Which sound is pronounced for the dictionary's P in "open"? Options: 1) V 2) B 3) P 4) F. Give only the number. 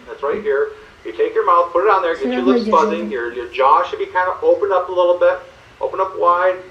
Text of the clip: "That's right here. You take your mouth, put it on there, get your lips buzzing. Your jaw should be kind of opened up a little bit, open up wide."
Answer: 3